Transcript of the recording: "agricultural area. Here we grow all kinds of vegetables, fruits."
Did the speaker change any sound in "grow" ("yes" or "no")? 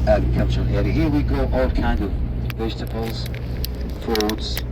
yes